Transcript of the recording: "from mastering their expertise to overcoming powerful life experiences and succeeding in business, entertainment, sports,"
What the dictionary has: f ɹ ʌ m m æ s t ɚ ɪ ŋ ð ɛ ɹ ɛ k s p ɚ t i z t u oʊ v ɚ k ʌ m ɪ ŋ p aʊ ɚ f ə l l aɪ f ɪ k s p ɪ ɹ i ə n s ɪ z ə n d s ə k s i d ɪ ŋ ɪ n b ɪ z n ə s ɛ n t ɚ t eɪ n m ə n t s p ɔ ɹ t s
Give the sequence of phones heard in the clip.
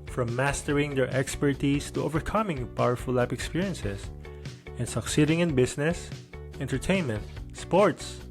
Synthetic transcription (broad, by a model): f ɹ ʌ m m æ s t ɚ ɪ ŋ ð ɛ ɹ ɛ k s p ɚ t i s t u oʊ v ɚ k ʌ m ɪ ŋ p aʊ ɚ f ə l l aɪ p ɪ k s p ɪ ɹ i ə n s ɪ s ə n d s ə k s i d ɪ ŋ ɪ n b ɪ s n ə s ɛ n t ɚ t eɪ n m ə n t s p ɔ ɹ t s